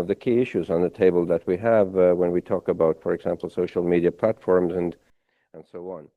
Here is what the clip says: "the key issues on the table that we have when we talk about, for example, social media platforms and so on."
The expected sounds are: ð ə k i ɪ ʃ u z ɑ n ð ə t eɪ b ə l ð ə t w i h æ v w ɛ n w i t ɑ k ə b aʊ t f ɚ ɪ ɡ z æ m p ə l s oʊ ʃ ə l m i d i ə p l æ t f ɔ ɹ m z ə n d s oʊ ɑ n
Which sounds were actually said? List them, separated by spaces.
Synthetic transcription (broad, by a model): ð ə k i ɪ ʃ u z n ð ə t eɪ b ə l ð ə t w i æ v w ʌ n w i t ɑ k ə b aʊ t f ɚ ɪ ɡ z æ m p l s oʊ ʃ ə l m i d i ə p l æ t f ɔ ɹ m z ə n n s oʊ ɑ n